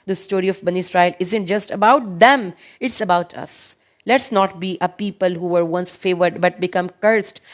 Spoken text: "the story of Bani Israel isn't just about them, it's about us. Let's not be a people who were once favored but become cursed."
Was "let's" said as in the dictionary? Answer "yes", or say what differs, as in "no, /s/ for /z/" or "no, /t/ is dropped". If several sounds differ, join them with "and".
yes